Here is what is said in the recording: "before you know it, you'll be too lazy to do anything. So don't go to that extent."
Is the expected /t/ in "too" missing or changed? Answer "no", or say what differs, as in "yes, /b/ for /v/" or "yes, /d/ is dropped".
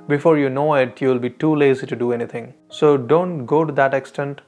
no